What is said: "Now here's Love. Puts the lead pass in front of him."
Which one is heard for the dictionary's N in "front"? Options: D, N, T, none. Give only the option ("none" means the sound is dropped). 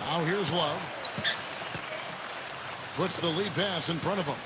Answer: none